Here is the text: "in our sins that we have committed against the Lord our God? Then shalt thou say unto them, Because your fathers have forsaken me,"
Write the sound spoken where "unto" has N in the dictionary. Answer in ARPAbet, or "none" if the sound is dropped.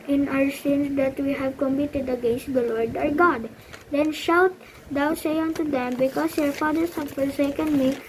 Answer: N